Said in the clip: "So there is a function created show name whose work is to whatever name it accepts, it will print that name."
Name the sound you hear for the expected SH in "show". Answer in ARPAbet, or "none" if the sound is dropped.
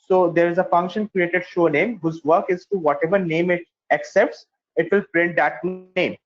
SH